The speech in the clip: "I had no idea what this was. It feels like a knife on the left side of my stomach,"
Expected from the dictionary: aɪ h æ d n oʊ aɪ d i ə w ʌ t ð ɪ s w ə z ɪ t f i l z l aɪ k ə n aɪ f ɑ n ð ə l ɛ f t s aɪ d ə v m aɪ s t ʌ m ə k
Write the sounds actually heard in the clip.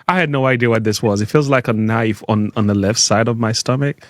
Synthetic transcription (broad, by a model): aɪ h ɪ d n oʊ aɪ d i ə w ʌ t ð ɪ s w ə z ɪ t f i l z l aɪ k ə n aɪ f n n ð ə l ɛ f t s aɪ d ə v m aɪ s t ʌ m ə k